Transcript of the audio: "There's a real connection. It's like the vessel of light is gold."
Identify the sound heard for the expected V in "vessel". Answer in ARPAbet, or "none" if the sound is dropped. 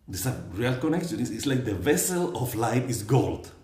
V